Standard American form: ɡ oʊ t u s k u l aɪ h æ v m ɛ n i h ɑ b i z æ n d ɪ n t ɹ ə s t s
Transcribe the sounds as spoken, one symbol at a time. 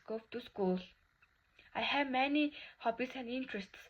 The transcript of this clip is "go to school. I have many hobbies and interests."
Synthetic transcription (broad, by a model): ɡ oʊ t u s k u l aɪ h æ v m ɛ n i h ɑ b i s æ n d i n t ɹ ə s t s